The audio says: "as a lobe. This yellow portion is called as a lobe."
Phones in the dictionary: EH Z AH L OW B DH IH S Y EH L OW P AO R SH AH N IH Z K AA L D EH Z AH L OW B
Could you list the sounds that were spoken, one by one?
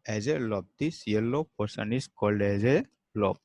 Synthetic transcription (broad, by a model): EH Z AH L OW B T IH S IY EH L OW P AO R S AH N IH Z K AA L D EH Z AH L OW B